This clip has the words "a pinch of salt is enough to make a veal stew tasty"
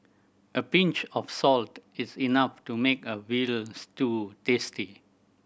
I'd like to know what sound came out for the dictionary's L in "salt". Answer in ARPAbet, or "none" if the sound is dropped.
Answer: L